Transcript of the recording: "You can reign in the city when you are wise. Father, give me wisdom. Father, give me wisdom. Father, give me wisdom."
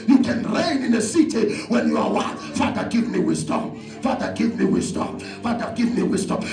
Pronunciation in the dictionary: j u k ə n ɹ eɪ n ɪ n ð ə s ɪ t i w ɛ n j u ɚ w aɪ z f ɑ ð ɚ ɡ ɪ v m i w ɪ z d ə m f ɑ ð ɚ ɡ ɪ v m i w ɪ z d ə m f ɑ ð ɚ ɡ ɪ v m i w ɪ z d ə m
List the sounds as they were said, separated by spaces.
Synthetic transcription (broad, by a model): j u k ə n ɹ eɪ n ɪ n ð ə s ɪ t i w ɛ n j u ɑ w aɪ f ɑ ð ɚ ɡ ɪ v m i w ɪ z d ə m f ɑ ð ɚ ɡ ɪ v m i w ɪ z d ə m f ɑ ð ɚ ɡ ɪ v m i w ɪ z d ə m